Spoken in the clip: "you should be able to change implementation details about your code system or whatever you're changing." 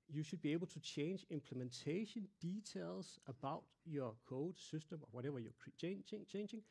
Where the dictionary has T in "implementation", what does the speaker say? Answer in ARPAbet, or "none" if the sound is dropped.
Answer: S